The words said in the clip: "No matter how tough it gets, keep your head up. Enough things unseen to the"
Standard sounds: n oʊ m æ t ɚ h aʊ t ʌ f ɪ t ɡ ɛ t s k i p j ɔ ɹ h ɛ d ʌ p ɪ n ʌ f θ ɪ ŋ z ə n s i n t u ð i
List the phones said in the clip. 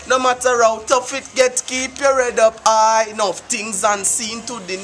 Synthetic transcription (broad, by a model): n oʊ m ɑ t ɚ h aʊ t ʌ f ɪ t ɡ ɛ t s k i p j ɔ ɹ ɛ d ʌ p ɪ n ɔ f t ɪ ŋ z ə n s i n t u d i